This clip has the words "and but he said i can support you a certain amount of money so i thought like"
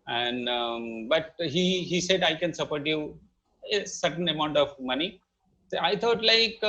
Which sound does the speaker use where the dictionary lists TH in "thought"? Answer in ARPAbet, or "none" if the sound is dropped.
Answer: T